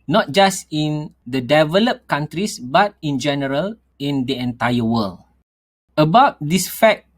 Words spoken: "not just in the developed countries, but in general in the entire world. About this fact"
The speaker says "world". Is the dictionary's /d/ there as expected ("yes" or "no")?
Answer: no